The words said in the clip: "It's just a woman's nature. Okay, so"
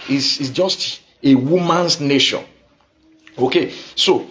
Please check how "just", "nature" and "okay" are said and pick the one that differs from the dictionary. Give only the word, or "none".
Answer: nature